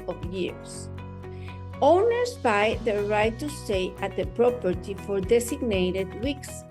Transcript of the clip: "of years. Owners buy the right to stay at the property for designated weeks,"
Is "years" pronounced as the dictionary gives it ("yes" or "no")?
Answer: no